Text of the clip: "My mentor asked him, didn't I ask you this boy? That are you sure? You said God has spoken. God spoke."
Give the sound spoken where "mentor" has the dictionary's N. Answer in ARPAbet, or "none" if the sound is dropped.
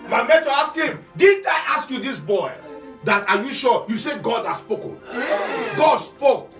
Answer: none